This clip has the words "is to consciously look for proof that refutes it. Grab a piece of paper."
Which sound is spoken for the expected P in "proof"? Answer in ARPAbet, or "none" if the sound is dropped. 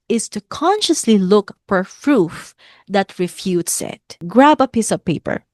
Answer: F